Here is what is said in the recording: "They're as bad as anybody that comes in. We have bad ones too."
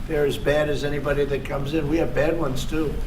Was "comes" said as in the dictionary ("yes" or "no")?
yes